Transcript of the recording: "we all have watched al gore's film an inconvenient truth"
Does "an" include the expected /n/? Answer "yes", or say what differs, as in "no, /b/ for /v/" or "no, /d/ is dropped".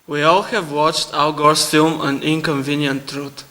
yes